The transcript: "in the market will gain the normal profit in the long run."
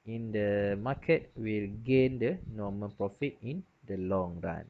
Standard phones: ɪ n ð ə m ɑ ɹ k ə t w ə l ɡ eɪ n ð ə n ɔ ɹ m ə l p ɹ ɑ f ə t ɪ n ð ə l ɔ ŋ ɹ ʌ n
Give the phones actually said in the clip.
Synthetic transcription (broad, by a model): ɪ n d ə m ɑ k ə t w ə l ɡ eɪ n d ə n ɔ m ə n p ɹ ɑ f ə t ɪ n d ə l ɔ ŋ ɹ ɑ n